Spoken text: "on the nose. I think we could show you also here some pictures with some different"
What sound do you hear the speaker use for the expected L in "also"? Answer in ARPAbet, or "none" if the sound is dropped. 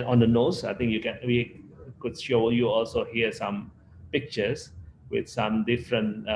L